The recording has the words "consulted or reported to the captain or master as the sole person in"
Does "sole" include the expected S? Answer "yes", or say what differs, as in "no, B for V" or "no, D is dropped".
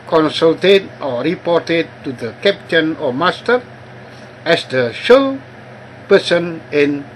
no, SH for S